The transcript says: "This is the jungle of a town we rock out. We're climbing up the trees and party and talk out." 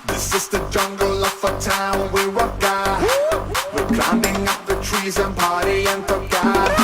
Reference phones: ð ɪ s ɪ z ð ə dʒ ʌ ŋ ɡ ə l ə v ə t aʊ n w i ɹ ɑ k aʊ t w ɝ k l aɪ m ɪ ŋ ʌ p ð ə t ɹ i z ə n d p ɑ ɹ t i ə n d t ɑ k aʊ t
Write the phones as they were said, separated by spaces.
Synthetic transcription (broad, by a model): ð ɪ s ɪ z ð ə dʒ ʌ ŋ ɡ l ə f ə t aʊ n w i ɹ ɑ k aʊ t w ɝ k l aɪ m ɪ ŋ ʌ p ð ə t ɹ i z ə n p ɑ ɹ t i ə n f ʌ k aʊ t